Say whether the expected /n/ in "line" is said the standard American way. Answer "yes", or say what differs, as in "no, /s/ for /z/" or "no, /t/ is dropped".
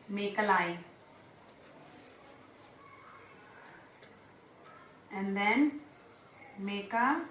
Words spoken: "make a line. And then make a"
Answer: no, /n/ is dropped